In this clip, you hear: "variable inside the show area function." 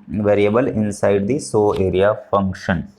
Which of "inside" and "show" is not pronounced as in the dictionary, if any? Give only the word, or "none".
show